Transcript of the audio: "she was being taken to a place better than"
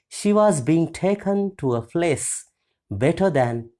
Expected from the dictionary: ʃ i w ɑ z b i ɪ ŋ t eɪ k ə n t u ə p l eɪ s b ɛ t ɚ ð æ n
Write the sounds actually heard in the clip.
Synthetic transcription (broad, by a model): ʃ i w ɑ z b i ɪ ŋ t eɪ k ə n t u ə f l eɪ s b ɛ t ɚ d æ n